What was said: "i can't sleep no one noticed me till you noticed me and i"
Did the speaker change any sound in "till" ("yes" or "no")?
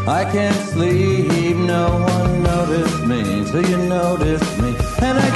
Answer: yes